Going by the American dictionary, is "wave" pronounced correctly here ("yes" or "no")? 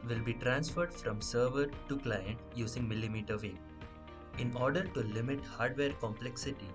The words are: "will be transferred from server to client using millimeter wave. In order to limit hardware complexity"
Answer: no